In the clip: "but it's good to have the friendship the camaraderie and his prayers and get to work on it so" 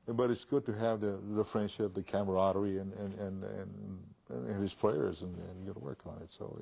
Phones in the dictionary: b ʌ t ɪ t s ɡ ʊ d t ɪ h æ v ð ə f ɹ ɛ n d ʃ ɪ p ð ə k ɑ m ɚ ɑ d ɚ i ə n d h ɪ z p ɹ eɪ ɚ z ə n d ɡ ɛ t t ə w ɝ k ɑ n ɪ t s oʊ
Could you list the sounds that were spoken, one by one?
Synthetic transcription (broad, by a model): b ʌ t ɪ t s ɡ ʊ d t ɪ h v ð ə f ɹ ɛ n d ʃ ɪ p ð ə k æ m ɚ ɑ d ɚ i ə n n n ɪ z p ɹ eɪ ɚ z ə n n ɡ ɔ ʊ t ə w ɝ k n ɪ t s oʊ